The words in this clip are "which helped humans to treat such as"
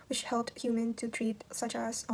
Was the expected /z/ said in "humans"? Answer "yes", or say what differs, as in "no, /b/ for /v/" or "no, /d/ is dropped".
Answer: no, /z/ is dropped